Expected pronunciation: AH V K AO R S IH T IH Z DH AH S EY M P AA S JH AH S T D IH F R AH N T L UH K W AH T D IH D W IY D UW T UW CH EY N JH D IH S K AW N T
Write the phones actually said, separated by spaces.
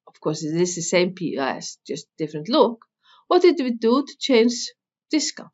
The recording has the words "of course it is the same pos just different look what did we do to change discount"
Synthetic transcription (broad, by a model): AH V K AO R S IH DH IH S DH AH S EY M P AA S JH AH S T D IH F R AH N T L UH K W AH T D IH D W IY D UW T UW CH EY N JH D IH S K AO